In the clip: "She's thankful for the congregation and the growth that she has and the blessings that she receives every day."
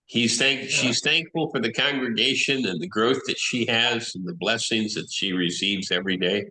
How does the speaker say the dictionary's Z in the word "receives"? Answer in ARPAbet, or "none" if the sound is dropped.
Z